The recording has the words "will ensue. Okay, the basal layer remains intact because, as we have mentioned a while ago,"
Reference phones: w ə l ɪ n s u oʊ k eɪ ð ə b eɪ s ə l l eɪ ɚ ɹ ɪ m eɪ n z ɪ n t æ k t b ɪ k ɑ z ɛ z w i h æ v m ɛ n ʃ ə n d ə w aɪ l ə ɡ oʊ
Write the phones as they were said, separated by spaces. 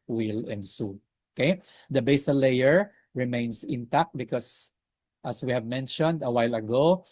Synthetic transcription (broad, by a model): w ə l ɪ n s u oʊ k eɪ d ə b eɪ s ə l l eɪ ɚ ɹ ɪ m eɪ n s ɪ n t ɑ k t b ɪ k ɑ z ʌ s w i h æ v m ɛ n ʃ ə n d ə w aɪ l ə ɡ oʊ